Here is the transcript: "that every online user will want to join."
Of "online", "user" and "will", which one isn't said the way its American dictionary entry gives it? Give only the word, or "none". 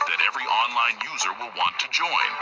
none